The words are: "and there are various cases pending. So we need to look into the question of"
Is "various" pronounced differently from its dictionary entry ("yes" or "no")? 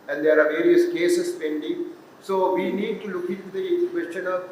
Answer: no